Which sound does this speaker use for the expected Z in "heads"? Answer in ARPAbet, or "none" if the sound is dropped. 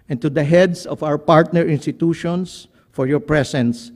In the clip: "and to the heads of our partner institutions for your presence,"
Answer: S